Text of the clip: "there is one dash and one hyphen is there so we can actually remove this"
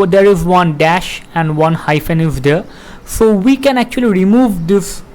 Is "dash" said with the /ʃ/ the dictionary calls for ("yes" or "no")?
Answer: yes